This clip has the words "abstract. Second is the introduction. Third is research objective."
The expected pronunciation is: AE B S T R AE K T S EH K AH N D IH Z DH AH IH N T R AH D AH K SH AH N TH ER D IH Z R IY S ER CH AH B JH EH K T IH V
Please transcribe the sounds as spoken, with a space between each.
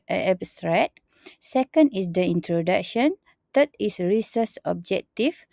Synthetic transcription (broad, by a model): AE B S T R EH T S EH K AH N D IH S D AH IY N T R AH D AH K SH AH N T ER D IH S R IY S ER S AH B JH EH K T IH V